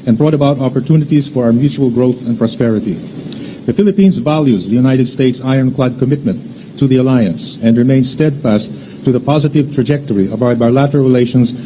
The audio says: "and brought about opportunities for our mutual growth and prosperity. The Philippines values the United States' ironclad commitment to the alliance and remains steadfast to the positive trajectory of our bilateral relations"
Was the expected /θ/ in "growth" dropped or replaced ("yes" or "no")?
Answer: no